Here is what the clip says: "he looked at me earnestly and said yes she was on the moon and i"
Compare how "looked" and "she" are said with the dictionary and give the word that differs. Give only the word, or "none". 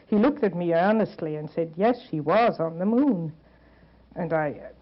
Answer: none